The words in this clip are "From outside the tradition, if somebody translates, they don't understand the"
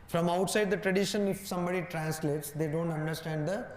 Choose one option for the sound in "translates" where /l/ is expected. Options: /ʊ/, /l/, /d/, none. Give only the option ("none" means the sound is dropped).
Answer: /l/